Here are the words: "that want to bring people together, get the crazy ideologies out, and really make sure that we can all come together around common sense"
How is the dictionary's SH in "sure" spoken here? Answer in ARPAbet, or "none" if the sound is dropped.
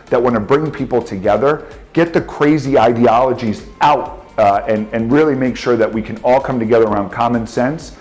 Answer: SH